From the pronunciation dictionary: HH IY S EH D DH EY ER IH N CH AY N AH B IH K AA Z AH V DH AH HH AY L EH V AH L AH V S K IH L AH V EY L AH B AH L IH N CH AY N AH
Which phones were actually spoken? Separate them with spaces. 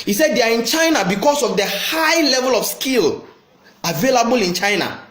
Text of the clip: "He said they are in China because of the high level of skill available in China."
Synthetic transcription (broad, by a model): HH IY S EH D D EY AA IH N CH AY N AH B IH K AA S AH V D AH HH AY L EH V AH L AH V S K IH L AH V EY L AH B AH L IH N CH AY N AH